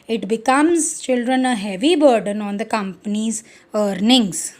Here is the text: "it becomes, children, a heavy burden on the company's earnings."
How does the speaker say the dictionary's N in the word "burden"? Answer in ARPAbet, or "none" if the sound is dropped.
N